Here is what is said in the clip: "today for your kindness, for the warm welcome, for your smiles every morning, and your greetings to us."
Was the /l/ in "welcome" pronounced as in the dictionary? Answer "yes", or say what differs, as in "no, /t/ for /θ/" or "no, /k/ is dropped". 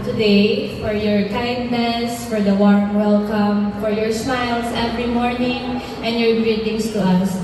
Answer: yes